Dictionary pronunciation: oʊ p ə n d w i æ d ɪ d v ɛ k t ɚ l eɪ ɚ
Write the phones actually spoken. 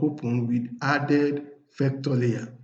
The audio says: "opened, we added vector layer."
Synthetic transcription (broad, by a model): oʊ p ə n w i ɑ d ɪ d f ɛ k t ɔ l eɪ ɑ